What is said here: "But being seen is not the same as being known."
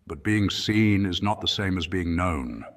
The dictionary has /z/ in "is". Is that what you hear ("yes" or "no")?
yes